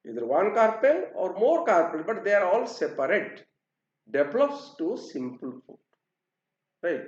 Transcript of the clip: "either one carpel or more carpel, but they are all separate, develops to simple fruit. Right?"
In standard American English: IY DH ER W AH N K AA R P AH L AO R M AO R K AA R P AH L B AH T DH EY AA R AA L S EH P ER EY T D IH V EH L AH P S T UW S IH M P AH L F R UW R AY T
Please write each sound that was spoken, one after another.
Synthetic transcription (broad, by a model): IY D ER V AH N K AA R P AH L AO R M AO R K AA R P AH L B AH T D EY AA R AA L S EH P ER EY T D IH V L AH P S T UW S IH M P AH L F UW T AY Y